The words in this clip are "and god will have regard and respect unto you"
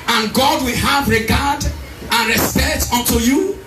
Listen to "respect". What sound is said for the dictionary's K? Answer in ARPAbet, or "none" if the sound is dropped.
none